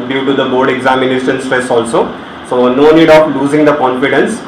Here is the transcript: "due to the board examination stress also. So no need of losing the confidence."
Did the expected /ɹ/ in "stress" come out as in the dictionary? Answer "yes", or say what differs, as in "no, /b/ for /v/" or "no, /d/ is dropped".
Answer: no, /ɹ/ is dropped